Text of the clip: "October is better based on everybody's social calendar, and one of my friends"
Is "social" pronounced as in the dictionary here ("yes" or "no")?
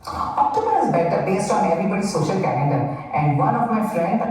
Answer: yes